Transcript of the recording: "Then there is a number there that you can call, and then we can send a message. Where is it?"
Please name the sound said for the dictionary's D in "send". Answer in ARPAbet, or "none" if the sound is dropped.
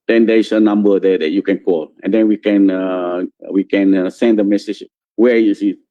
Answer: D